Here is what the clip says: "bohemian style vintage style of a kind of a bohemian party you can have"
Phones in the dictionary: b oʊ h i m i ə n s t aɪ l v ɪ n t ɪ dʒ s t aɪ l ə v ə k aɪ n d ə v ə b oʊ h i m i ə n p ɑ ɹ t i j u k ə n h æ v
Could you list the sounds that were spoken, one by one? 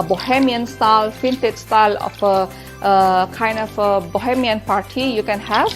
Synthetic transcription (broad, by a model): b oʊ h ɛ m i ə n s t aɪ l f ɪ n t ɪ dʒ s t aɪ l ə f ə k aɪ n d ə f ə b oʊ h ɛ m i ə n p ɑ ɹ t i j u k ə n h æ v